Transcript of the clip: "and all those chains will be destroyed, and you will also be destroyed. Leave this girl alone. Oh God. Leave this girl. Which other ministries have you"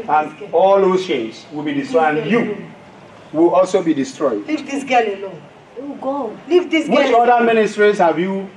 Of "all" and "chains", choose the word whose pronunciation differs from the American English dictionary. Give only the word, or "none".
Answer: chains